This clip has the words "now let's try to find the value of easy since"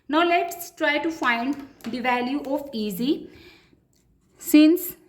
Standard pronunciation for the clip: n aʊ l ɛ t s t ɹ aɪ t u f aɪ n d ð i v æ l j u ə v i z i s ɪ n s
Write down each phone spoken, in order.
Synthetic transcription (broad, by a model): n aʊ l ɛ t s t ɹ aɪ t u f aɪ n d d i v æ l j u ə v i z i s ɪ n s